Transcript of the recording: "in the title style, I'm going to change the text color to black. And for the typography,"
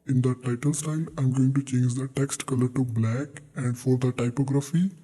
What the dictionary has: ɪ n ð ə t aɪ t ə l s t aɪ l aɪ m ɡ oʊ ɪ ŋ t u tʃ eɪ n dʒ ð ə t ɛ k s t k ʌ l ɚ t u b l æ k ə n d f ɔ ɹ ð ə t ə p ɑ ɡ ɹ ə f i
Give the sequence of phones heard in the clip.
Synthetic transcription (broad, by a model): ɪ n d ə t aɪ t ə l s t aɪ l aɪ m ɡ oʊ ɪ ŋ t u tʃ eɪ n dʒ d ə t ɛ k s t k ʌ l ɚ t u b l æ k ə n d f ɔ ɹ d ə t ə p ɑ ɡ ɹ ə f i